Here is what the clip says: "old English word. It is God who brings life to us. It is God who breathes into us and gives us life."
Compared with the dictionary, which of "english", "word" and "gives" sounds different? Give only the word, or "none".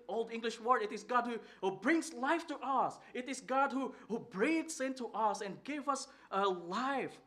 gives